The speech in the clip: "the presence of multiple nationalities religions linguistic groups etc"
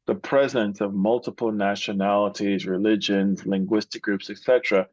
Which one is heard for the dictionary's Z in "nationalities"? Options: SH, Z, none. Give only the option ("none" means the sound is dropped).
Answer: Z